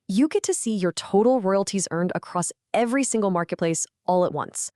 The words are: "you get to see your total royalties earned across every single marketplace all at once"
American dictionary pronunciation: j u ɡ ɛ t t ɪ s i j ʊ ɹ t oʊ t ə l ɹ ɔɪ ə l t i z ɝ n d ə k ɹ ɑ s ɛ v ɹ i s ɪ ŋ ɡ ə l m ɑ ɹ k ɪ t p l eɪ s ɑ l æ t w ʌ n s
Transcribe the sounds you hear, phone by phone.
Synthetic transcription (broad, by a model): j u ɡ ɛ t t ɪ s i j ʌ ɹ t oʊ t l ɹ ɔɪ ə l t i z ɝ n d ə k ɹ ɑ s ɛ v ɹ i s ɪ ŋ ɡ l m ɑ ɹ k ɪ t p l eɪ s ɑ l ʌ t w ʌ n s